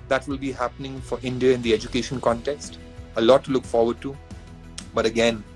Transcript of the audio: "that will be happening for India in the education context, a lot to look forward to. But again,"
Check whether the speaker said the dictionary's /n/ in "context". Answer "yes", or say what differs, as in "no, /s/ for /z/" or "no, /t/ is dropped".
yes